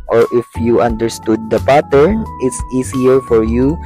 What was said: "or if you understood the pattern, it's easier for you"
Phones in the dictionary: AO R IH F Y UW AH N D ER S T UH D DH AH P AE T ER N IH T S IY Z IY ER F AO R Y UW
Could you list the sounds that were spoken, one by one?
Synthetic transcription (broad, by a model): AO R IH F Y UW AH N D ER S T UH D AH P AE T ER N IH T S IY S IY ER F AO R Y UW